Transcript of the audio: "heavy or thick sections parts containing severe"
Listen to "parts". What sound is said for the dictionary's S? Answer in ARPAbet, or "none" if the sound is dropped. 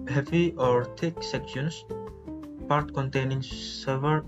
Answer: none